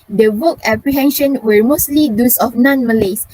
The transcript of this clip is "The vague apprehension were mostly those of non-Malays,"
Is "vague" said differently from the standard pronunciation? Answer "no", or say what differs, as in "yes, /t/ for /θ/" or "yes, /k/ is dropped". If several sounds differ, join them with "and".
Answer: yes, /w/ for /v/